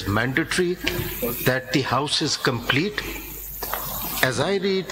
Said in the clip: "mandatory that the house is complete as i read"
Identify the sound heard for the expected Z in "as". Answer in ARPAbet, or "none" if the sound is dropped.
Z